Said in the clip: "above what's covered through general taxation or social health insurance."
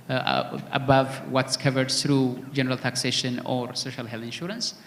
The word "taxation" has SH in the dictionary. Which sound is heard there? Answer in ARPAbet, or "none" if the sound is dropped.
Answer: SH